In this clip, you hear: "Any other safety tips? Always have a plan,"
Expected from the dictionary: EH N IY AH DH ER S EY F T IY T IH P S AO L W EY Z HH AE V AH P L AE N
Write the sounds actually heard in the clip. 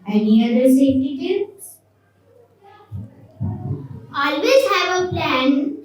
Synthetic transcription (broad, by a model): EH N IY AH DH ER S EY T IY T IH S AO L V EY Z HH AE V AH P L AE N